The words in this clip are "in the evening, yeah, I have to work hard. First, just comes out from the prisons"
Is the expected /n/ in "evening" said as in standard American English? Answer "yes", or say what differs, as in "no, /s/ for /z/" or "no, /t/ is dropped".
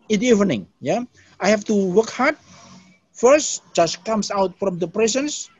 yes